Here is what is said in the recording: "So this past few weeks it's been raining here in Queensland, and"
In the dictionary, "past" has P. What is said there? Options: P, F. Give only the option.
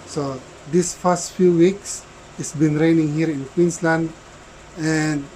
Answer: F